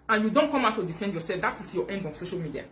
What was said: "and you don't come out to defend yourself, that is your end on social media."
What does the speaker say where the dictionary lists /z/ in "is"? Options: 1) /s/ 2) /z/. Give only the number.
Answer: 1